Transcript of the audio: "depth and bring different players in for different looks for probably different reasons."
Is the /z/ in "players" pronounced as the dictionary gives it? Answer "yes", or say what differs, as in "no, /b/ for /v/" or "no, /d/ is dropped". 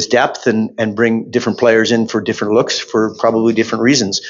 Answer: yes